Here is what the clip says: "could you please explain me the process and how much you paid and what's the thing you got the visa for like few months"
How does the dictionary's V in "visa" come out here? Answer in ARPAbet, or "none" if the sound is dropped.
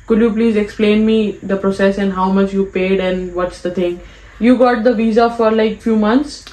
V